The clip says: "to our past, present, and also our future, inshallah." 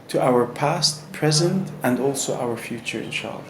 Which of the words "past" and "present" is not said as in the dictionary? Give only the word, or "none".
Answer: none